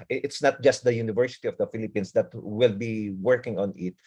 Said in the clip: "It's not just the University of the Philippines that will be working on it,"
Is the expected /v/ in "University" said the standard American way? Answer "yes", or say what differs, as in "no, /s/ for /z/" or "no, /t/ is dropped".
yes